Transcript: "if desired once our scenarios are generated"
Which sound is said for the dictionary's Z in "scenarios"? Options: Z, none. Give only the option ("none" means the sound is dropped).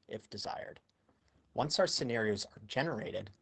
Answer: Z